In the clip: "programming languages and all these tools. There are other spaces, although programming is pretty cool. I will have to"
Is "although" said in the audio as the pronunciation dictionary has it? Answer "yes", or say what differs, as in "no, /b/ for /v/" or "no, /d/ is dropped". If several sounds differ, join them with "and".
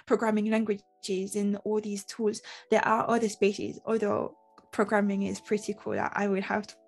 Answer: yes